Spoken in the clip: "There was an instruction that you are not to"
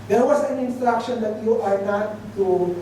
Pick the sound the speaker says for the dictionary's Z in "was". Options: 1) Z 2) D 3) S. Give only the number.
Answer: 3